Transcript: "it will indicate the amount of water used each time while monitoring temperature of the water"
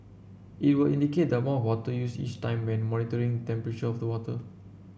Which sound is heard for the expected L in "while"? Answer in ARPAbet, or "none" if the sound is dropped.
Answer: N